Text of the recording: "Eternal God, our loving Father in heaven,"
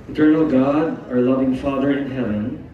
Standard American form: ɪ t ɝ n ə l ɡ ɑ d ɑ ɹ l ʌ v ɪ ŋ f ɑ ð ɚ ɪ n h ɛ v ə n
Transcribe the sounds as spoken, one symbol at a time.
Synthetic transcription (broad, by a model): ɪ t ɝ n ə l ɡ ɑ d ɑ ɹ l ʌ v ɪ ŋ f ɑ ð ɚ ɪ n h ɛ v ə n